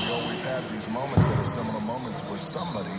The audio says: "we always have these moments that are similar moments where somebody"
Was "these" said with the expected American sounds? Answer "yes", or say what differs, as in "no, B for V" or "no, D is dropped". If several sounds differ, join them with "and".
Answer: yes